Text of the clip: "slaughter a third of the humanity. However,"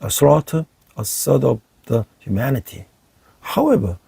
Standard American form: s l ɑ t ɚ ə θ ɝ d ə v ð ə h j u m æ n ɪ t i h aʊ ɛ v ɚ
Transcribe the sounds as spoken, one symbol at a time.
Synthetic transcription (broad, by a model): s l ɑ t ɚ ə s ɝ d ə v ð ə h j u m æ n ɪ t i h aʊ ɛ v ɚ